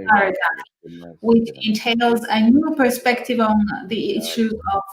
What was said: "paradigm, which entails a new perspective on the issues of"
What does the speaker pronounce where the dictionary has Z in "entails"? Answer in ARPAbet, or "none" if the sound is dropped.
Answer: Z